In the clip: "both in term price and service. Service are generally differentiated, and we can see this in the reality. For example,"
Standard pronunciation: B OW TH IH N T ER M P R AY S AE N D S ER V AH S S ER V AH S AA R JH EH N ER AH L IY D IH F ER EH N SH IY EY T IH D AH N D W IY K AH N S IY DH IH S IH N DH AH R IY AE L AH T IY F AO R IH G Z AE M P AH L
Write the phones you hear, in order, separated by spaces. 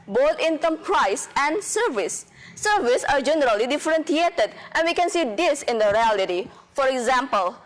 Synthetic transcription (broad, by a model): B OW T IH N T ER M P R AY S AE N D S ER V AH S S ER V AH S AA R JH EH N ER AH L IY D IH F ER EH N S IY EY T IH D AH N D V IY K AH N S IY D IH S IH N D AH R IY AE L AH T IY F AO R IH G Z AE M P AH L